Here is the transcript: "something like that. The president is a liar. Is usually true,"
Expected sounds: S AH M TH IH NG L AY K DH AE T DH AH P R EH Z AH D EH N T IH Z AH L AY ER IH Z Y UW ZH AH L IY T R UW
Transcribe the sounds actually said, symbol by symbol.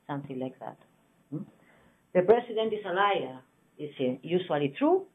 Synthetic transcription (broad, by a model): S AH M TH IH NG L AY K DH AE T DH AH P R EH S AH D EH N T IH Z AH L AY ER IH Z Y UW SH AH L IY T R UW